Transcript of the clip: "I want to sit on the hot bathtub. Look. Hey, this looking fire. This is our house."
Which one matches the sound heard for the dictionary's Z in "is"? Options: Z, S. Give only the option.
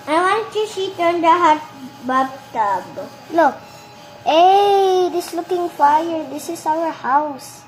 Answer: S